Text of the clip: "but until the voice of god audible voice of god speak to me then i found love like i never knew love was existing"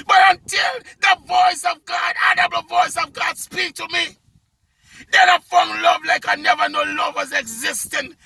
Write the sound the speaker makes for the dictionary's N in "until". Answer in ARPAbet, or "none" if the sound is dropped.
N